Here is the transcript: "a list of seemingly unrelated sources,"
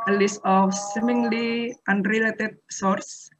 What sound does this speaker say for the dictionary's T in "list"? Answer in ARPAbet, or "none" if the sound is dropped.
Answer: none